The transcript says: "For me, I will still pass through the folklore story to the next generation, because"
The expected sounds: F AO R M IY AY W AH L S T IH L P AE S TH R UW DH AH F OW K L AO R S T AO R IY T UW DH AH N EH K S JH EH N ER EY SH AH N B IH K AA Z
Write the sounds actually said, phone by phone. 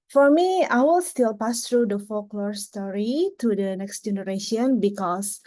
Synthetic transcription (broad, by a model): F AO R M IY AY W AH L S T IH L P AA S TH R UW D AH F OW K L AO R S T AO R IY T UW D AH N EH K S JH EH N ER EY SH AH N B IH K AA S